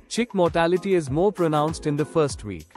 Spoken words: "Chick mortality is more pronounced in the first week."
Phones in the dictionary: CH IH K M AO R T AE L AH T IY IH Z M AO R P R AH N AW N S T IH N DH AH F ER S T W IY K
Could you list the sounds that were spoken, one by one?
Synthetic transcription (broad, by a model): CH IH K M AO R T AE L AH T IY IH Z M AO R P R AH N AW N S T IH N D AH F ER S T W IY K